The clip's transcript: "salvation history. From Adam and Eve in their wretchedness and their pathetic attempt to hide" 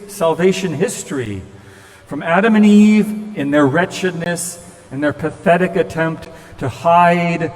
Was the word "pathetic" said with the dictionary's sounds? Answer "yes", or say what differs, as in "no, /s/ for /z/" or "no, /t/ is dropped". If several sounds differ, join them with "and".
yes